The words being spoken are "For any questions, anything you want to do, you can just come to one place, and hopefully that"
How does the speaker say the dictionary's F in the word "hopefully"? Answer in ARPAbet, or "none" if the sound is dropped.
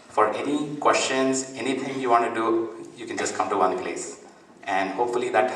F